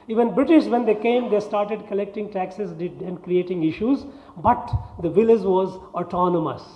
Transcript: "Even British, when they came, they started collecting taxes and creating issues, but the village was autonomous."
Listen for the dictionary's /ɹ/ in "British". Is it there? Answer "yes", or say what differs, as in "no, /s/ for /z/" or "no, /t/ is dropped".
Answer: yes